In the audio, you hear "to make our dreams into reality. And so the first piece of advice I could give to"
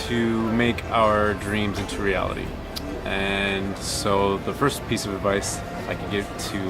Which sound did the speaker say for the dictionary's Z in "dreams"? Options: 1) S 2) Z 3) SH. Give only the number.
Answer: 2